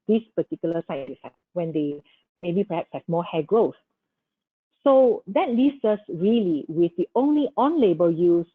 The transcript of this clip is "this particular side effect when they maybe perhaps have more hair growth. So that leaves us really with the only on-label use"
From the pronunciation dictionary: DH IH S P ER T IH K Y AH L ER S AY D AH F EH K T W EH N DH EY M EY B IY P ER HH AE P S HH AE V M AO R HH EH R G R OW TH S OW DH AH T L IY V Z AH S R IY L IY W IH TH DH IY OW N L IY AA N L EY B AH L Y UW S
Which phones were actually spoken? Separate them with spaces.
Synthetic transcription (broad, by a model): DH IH S P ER T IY K Y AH L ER S AY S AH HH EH T W EH N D EY M EY B IY P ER HH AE P S HH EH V M AO HH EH G R OW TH S OW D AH T L IY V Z AH S R IY L IY W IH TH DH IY OW N L IY AA N L EY B AH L Y UW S